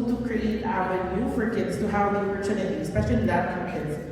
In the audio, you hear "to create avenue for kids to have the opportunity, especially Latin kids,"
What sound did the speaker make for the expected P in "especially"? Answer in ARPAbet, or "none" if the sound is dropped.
P